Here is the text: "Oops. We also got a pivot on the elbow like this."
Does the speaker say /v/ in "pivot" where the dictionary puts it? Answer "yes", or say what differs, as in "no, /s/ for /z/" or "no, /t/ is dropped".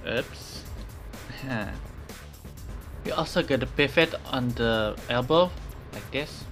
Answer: no, /f/ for /v/